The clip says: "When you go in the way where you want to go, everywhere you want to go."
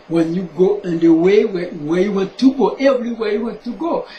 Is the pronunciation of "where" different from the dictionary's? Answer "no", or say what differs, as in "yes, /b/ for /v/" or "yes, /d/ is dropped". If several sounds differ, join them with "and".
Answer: yes, /w/ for /ɹ/